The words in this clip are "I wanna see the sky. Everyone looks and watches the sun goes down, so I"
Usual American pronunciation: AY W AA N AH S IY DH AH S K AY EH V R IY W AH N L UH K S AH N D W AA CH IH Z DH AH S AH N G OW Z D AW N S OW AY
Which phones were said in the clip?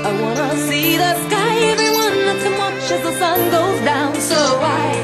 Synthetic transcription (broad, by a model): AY W AA N AH S IY DH AH S K AY EH V R IY W AH N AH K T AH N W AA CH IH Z DH AH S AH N G OW Z D AW N S OW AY